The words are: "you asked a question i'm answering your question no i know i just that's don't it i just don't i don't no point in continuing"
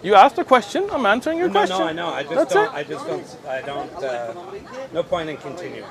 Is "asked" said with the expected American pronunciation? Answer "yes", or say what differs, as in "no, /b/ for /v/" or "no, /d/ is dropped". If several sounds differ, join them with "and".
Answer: yes